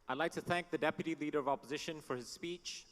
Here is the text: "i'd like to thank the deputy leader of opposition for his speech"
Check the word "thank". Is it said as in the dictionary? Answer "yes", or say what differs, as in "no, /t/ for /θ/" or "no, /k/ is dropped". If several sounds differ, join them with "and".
yes